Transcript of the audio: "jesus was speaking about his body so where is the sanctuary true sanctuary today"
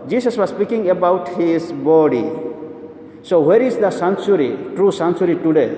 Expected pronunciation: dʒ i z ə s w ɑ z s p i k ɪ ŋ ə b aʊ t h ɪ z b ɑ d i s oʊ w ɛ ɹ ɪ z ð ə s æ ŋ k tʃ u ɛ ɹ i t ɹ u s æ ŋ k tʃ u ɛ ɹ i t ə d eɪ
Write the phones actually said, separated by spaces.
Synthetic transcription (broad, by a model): dʒ i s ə s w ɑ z s p i k ɪ ŋ ə b aʊ t h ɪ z b ɑ d i s oʊ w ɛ ɹ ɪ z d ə s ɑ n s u ɹ i t ɹ u s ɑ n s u ɹ i t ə d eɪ